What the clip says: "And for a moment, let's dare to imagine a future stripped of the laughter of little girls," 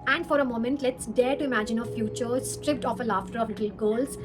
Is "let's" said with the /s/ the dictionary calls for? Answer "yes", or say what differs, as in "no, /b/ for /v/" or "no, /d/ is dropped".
yes